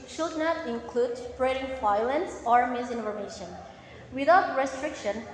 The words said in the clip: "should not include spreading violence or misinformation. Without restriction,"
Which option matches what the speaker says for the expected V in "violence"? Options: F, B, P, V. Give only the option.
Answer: F